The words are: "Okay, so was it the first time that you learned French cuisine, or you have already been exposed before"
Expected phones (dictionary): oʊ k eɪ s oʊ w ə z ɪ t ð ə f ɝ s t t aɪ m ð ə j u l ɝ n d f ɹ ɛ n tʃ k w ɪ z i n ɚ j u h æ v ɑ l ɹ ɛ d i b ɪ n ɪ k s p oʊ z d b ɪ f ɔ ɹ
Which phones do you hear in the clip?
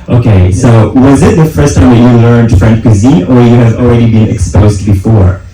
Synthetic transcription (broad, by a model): oʊ k eɪ s oʊ w ə z ɪ t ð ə f ɝ s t t aɪ m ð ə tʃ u l ɝ n d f ɹ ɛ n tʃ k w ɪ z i ɚ j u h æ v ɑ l ɹ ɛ d i b ɪ n ɪ k s p oʊ z d b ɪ f ɔ ɹ